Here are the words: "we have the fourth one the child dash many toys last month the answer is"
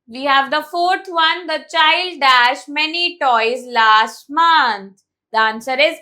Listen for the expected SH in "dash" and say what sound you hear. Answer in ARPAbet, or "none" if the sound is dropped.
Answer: SH